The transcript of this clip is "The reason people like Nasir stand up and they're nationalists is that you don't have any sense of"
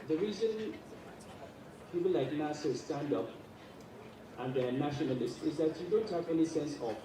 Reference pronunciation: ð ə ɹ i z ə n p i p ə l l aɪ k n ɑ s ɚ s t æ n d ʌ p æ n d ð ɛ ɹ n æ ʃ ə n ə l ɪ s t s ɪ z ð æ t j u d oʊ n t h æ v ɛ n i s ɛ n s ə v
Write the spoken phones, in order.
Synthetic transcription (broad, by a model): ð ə ɹ i z ə n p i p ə l l aɪ k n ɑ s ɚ s t æ n d ʌ p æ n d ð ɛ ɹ n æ ʃ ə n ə l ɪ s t ɪ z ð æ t j u d oʊ n t h æ v ɛ n i s ɛ n s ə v